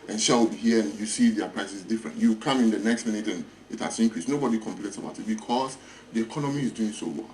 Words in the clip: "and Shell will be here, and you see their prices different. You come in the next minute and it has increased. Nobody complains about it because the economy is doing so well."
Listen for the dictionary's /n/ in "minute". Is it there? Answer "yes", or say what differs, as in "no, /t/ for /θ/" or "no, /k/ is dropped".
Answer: yes